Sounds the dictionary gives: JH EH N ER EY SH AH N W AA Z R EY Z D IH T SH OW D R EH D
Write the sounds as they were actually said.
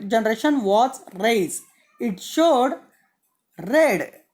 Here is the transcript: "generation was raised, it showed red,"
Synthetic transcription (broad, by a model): JH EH N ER EY SH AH N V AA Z R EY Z IH T SH OW D R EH D